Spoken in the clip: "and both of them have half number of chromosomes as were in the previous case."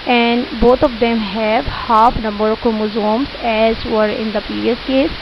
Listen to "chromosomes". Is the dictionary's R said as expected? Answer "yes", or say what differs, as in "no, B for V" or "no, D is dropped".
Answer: no, R is dropped